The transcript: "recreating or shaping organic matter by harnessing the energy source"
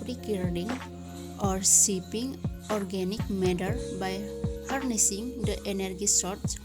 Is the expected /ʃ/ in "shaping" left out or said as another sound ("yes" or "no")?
yes